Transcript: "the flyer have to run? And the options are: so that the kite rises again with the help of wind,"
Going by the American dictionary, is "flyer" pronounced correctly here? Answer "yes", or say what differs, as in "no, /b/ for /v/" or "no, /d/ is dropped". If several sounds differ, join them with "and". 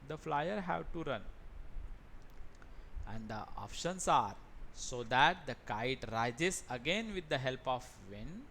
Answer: yes